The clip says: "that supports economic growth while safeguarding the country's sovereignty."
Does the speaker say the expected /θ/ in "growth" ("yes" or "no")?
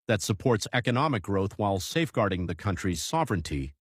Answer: yes